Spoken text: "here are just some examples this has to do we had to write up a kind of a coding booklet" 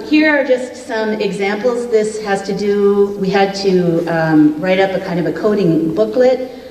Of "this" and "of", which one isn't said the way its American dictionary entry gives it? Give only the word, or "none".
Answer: none